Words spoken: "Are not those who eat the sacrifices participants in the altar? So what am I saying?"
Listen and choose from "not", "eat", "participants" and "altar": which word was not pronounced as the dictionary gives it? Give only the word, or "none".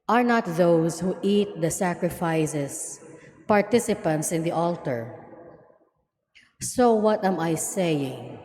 none